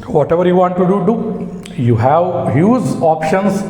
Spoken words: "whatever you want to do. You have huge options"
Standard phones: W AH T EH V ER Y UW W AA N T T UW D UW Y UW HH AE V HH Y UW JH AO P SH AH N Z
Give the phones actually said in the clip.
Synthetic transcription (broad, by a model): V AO T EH V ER Y UW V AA N T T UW D UW Y UW HH AE V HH Y UW Z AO P SH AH N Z